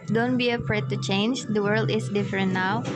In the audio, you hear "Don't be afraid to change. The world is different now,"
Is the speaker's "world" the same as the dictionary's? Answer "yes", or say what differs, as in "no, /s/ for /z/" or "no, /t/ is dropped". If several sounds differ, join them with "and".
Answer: yes